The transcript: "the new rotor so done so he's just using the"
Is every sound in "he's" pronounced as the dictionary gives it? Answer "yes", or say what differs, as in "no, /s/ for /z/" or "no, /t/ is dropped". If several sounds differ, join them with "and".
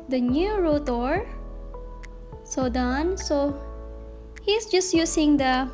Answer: no, /s/ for /z/